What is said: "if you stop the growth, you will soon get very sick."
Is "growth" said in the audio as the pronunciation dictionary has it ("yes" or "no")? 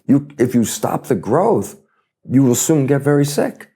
yes